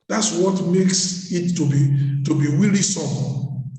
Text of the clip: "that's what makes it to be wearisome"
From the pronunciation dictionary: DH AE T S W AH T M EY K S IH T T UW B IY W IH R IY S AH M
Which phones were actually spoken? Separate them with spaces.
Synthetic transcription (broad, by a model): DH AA T S W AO T M EY K S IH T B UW B IY W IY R IY S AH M